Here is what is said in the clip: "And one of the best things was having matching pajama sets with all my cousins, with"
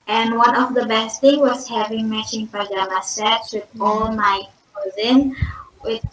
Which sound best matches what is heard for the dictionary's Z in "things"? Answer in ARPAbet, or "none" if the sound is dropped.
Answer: none